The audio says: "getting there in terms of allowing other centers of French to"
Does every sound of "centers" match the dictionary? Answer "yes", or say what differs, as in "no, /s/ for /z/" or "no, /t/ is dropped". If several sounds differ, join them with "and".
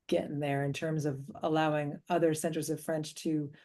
yes